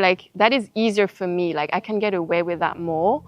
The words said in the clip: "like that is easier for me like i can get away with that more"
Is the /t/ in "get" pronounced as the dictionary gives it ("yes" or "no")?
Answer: yes